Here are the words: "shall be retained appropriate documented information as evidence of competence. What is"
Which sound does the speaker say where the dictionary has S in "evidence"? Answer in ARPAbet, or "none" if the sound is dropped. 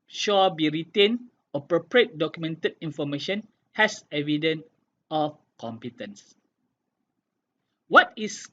none